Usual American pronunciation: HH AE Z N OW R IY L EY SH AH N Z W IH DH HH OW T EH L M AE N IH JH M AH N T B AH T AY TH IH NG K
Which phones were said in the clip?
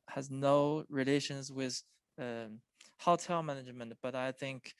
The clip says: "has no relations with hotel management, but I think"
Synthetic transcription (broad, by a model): HH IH Z N OW R IY L EY SH AH N Z W IH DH HH OW T EH L M AE N IH JH M AH N T B AH T AY TH IH NG K